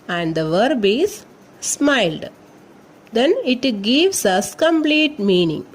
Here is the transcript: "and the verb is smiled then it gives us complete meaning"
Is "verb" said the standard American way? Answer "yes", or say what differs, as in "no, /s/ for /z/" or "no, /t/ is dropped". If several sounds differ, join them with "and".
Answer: yes